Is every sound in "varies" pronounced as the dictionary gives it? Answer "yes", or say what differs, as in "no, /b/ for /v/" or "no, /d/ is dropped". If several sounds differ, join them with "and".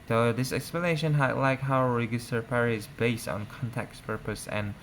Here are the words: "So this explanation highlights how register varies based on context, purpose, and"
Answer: no, /p/ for /v/